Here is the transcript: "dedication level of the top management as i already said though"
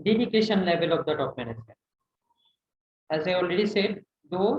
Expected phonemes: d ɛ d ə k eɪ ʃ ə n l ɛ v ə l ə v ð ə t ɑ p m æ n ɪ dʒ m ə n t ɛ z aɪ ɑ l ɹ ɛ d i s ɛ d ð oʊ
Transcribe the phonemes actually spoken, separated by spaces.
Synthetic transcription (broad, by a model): d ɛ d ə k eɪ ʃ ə n l ɛ v ə l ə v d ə t ɑ p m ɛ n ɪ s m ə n ɛ z aɪ ɑ l ɹ ɛ d i s ɛ d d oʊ